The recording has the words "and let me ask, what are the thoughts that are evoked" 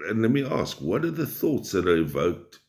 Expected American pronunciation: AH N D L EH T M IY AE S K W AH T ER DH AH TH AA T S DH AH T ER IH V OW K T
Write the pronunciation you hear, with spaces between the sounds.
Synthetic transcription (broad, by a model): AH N L EH T M IY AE S K W AH T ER DH AH TH AA T S DH AH T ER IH V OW K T